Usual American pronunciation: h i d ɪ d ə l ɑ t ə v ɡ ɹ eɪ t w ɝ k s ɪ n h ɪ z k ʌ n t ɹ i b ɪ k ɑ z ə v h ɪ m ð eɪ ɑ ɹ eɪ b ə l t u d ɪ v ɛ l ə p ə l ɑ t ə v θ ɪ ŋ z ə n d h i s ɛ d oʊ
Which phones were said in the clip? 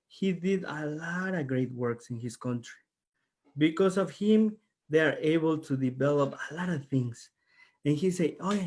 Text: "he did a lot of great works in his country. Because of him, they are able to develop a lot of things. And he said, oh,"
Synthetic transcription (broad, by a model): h i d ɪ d ə l ɑ t ə v ɡ ɹ eɪ t w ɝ k s ɪ n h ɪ s k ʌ n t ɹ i b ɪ k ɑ s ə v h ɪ m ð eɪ ɑ ɹ eɪ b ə l t u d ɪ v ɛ l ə p ə l ɑ t ə v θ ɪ ŋ s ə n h i s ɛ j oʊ